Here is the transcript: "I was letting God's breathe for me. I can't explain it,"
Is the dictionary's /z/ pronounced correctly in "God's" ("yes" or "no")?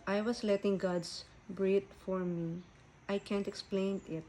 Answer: no